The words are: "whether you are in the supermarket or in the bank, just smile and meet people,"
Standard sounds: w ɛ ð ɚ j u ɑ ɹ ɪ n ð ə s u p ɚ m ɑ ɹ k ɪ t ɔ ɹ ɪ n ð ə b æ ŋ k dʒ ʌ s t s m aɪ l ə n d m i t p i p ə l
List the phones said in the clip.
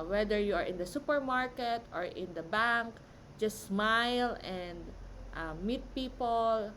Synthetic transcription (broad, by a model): w ɛ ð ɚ j u ɑ ɹ ɪ n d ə s u p ɚ m ɑ ɹ k ɪ t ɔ ɹ ɪ n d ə b æ ŋ k dʒ ʌ s t s m aɪ l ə n d m i t p i p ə l